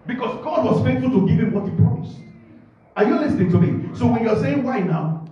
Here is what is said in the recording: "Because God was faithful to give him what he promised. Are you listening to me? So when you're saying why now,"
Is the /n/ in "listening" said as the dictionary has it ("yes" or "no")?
yes